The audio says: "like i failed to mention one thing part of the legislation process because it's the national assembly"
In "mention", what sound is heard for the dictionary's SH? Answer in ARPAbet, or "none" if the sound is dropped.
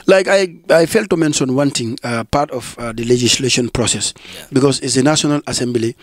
S